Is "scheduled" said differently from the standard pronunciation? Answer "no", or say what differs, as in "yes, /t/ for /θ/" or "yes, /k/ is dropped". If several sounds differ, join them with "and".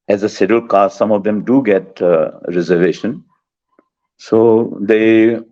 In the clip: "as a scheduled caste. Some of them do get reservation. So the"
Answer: yes, /k/ is dropped